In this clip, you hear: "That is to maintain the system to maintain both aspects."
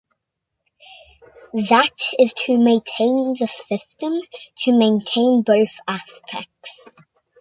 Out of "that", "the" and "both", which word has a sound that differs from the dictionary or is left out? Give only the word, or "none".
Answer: none